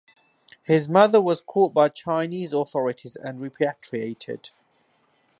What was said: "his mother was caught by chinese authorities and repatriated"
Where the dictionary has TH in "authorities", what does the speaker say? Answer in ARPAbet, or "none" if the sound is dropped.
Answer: TH